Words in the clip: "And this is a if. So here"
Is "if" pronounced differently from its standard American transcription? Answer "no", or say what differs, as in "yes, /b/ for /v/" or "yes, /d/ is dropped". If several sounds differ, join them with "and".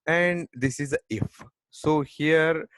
no